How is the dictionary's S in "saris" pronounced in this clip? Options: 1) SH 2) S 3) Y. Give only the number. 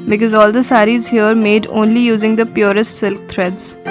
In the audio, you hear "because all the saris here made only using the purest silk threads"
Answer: 2